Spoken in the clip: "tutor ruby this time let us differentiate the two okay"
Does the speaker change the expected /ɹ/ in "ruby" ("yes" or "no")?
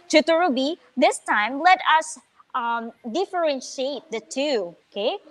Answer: no